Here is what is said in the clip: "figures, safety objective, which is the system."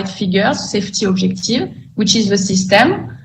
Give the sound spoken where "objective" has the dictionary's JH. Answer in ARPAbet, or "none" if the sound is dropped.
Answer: ZH